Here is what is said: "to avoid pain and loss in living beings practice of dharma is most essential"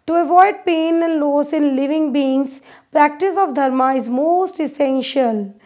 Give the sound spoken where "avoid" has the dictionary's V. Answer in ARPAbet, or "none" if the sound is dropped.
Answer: V